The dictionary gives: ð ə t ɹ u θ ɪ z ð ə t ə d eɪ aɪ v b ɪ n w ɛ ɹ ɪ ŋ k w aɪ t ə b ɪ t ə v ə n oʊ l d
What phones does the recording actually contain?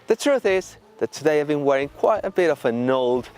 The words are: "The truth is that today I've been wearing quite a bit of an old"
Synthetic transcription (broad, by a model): ð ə t ɹ u θ ɪ z ð ə t ə d eɪ aɪ v b ɪ n w ɛ ɹ ɪ ŋ k w aɪ t ə b ɪ t ə v ə n oʊ l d